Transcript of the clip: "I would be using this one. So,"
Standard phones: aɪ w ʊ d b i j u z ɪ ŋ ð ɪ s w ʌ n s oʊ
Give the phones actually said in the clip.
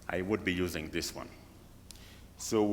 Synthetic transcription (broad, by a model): aɪ w ʊ d b i j u z ɪ ŋ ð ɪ s w ʌ n s oʊ